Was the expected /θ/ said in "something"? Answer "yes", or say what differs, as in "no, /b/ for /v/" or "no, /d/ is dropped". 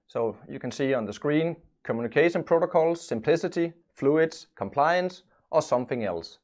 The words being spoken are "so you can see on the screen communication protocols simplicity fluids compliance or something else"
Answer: yes